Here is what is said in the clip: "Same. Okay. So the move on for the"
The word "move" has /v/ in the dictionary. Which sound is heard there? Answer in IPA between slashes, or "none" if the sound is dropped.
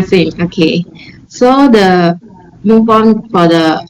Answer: /p/